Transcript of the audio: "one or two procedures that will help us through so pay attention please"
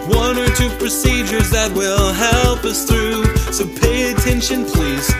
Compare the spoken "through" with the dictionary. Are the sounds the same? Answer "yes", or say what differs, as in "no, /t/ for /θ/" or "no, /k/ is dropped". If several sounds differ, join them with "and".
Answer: yes